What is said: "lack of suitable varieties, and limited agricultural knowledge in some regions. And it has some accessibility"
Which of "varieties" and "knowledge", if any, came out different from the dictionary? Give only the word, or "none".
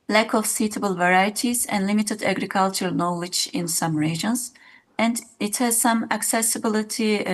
none